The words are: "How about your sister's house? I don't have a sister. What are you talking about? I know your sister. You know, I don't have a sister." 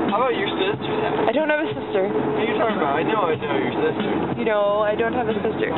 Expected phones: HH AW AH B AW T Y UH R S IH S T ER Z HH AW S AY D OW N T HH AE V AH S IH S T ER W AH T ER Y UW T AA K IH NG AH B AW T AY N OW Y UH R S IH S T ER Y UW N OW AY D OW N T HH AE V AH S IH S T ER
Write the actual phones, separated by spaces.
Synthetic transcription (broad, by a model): HH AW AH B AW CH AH R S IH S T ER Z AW AY D OW N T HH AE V AH S IH S T ER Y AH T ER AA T AA IH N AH UH AY N OW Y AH R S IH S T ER Y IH N OW AY D OW N T HH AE V AH S IH S T ER